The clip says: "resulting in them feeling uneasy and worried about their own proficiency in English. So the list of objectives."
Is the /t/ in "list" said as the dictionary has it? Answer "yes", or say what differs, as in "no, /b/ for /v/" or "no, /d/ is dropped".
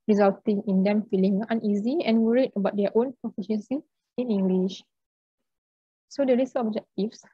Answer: no, /t/ is dropped